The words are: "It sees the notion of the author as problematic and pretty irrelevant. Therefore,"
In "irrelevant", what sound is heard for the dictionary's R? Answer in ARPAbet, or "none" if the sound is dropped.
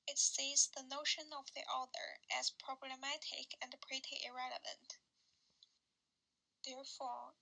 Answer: R